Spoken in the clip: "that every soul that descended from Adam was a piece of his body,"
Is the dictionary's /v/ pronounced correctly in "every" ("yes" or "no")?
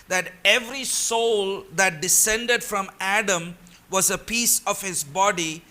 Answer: yes